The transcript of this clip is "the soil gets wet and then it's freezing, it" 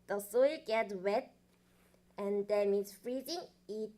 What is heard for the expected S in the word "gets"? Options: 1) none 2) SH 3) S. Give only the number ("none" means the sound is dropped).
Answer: 1